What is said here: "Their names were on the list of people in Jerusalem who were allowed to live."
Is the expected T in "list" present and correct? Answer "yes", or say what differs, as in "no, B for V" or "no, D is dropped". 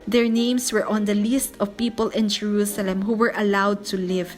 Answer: yes